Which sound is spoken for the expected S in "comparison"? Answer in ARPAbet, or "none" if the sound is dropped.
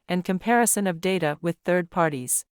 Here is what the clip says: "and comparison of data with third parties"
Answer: S